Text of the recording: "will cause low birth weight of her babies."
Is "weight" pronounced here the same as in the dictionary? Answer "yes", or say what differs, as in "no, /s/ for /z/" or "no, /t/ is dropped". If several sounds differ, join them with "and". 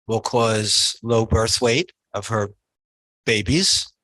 yes